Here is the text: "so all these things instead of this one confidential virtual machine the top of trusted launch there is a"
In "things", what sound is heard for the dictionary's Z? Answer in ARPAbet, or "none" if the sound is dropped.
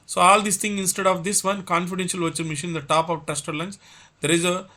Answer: none